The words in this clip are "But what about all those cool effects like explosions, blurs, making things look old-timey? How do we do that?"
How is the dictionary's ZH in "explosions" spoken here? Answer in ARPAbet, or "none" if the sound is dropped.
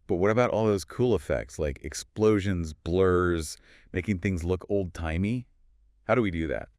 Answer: ZH